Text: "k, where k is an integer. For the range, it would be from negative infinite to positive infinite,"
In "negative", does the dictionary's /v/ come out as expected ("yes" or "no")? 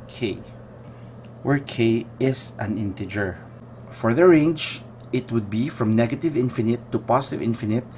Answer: yes